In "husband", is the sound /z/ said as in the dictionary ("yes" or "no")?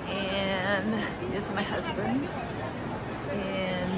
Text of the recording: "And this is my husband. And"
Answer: yes